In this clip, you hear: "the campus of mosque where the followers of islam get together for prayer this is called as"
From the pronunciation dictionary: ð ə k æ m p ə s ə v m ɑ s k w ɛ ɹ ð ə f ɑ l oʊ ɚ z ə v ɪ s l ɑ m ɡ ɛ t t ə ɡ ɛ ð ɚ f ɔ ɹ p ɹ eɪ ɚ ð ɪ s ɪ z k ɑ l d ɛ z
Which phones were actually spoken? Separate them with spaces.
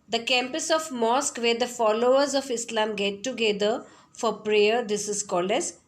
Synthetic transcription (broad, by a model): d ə k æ m p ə s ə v m ɑ s k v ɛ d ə f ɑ l oʊ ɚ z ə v ɪ s l ɑ m ɡ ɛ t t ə ɡ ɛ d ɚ f ɔ ɹ p ɹ eɪ ɚ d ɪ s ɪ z k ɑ l ɛ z